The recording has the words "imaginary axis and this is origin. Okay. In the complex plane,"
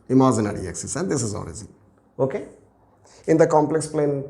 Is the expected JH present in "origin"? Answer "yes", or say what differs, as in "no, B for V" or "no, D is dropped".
no, Z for JH